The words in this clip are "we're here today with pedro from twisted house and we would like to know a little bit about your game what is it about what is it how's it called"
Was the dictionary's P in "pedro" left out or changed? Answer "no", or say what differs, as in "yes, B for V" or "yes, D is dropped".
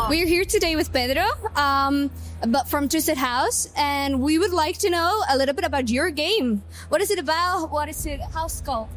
yes, B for P